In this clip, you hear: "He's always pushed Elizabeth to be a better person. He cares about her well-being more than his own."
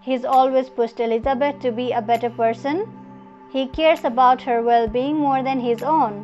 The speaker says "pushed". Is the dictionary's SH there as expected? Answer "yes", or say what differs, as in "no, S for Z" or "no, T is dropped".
no, S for SH